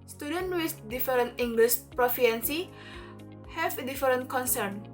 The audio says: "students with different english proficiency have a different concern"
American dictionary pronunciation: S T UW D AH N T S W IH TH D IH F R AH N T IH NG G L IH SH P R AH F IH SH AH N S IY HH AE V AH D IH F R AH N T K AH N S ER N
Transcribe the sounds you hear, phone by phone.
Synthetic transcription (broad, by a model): S T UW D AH N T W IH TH D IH F R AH N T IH NG G L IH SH P R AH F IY AH N S IY HH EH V AH D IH F R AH N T K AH N S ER N